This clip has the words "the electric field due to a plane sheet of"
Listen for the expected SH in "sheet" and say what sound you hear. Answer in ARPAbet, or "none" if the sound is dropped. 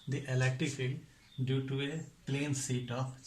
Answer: S